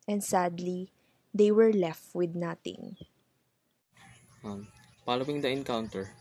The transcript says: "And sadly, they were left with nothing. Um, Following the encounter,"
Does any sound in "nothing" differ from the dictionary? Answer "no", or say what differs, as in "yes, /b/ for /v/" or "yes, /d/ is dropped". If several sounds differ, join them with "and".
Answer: yes, /t/ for /θ/